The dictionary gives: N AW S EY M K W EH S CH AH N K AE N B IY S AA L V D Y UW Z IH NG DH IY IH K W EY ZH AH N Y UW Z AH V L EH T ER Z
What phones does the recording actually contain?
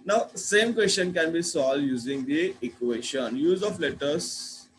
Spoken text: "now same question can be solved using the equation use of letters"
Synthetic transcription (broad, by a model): N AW S EY M K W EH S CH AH N K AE N B IY S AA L D Y UW Z IH NG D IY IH K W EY SH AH N Y UW Z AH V L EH T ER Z